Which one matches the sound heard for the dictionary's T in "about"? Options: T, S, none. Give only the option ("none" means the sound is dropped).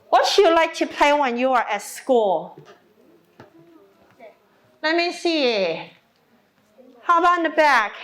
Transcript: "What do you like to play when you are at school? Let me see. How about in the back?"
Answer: none